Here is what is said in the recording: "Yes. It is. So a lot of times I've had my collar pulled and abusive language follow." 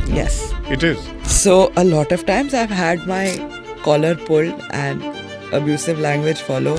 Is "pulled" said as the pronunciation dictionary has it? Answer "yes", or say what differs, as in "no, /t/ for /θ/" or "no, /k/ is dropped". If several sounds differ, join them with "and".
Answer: no, /d/ is dropped